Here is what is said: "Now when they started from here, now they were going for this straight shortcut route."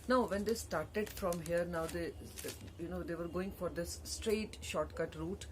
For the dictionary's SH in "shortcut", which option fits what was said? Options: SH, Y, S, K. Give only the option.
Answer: SH